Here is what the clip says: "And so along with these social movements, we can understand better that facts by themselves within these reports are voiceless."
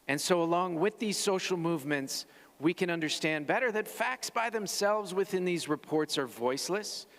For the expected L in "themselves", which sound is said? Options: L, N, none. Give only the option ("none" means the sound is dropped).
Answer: L